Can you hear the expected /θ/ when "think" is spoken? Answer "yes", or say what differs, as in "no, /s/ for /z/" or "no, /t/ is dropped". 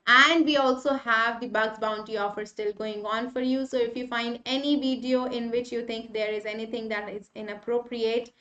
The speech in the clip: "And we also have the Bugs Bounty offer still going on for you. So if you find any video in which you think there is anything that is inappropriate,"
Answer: no, /t/ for /θ/